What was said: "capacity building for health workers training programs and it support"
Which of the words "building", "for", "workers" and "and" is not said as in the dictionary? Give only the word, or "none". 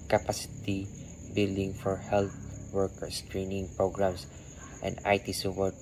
workers